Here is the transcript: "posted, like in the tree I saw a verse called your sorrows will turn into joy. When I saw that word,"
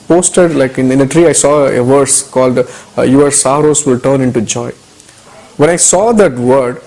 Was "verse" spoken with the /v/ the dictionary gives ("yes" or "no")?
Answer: yes